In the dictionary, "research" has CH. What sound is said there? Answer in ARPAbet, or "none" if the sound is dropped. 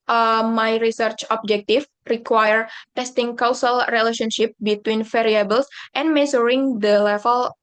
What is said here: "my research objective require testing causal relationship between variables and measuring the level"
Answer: CH